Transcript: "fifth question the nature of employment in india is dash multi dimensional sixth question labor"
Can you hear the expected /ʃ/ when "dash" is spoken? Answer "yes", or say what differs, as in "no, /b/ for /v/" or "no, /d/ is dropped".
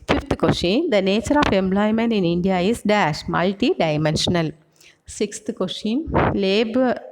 yes